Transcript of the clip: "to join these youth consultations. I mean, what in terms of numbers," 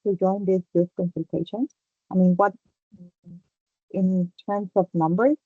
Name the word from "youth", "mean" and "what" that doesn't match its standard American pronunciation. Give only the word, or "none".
youth